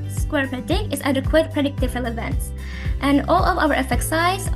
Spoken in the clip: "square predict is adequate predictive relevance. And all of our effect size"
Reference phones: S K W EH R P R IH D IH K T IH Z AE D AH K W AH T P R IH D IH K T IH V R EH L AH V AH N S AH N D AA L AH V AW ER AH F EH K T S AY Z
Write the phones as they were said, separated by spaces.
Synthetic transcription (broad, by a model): S K W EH R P IH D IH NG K IH Z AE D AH K W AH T P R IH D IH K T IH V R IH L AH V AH N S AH N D AA L AH V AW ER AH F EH K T S AY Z